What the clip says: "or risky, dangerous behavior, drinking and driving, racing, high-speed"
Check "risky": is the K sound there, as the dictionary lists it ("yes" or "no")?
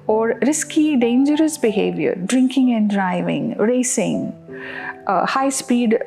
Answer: yes